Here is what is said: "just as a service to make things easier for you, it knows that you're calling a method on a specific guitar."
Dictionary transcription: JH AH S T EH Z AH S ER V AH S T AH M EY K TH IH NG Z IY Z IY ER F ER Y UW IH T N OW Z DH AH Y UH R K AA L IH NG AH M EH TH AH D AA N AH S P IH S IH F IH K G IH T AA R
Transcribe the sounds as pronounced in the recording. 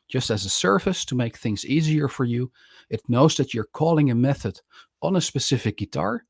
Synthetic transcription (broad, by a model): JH AH S T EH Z AH S ER F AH S T AH M EY K TH IH NG Z IY Z IY ER F ER Y UW IH T N OW Z DH AH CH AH R K AA L IH NG AH M EH TH AH D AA N AH S P IH S IH F IH K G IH T AA R